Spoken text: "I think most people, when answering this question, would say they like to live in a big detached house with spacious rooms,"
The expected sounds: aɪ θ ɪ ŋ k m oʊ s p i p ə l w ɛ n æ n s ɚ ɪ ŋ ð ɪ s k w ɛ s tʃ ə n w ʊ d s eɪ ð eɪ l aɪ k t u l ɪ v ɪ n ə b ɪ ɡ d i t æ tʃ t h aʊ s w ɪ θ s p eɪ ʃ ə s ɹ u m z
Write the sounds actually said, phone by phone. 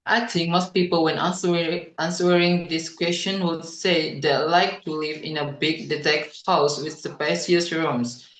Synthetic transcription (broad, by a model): aɪ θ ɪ ŋ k m oʊ s p i p ə l w ɛ n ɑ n s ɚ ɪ ŋ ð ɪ s k w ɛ s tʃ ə n w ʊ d s eɪ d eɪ l aɪ k t u l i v ɪ n ə b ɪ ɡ d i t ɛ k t h aʊ s w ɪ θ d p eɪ s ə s ɹ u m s